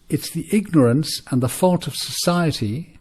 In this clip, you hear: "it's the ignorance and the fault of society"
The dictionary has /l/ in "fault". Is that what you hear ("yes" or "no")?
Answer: yes